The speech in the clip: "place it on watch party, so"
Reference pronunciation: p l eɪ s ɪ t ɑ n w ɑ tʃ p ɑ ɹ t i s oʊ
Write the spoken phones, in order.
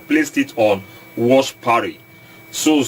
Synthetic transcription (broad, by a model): p l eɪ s ɪ t ɑ n w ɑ ʃ p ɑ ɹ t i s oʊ